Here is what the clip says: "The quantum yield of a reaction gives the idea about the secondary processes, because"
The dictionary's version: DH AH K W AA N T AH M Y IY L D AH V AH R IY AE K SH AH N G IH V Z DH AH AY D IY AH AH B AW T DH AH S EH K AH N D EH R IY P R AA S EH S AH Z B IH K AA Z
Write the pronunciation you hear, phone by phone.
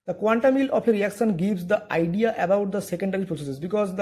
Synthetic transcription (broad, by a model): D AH K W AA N T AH M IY L AH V AH R IY AE K SH AH N G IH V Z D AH AY D IY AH AH B AW T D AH S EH K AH N D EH R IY P R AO S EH S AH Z B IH K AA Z